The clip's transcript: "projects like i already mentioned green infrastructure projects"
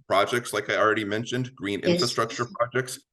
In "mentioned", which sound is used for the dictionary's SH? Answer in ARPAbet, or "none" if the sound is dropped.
SH